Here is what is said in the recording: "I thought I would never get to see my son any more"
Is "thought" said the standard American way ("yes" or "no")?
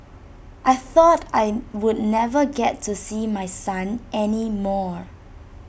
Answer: yes